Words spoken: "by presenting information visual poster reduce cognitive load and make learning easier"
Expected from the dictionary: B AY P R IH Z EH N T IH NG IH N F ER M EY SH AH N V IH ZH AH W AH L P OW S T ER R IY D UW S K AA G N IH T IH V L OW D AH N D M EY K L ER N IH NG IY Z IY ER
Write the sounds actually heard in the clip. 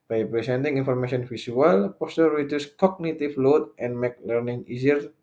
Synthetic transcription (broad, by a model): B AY P R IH S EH N T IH NG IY N F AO M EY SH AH N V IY S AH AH L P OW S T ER R IY D UW S K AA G N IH T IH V L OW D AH N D M EY K L ER N IH NG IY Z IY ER